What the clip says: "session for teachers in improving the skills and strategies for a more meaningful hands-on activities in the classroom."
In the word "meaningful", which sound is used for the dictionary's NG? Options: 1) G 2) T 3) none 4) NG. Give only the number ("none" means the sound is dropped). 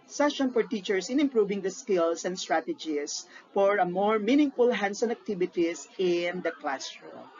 4